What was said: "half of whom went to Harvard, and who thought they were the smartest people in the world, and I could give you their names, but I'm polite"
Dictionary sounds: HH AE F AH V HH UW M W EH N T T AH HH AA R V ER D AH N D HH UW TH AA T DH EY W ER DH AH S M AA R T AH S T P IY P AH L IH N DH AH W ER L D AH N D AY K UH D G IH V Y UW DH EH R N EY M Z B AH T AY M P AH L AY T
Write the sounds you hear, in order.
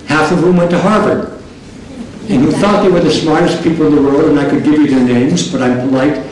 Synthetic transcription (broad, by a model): HH AE F AH V HH UW M W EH N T T AH HH AA R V ER AH N HH UW TH AA T DH EY W ER DH AH S M AA R T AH S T P IY P L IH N DH AH W ER L D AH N AY K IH D G IH V Y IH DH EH R N EY M Z B AH T AY M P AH L AY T